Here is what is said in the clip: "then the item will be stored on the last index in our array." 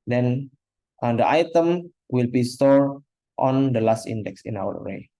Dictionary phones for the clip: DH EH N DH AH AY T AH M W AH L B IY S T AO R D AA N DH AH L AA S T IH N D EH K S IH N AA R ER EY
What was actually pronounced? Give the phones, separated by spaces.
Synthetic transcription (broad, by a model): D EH N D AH AY T AH M W AH L B IY S T AO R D AA N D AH L AA S T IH N D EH K S IH N AA W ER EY